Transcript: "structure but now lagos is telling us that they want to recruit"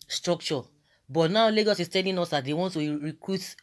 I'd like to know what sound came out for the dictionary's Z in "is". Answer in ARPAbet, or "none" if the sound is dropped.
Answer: S